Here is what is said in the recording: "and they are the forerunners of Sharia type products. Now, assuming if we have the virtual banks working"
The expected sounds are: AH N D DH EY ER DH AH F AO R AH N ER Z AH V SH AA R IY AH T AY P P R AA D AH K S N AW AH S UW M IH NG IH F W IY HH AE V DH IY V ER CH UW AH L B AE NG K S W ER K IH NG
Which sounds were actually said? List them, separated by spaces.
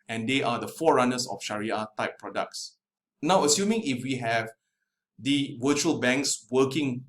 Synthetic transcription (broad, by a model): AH N D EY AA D AH F AO R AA N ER S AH F SH AA R IY AH T AY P P R AA D AH K S N AW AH S UW M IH NG IH F W IY HH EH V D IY W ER CH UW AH L B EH NG K S W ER K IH NG